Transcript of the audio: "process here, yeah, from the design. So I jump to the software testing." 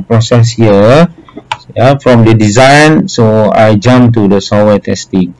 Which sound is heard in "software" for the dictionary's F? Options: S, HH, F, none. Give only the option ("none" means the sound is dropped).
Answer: none